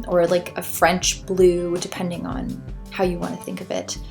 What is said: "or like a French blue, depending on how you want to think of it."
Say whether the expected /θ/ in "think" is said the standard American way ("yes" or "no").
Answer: yes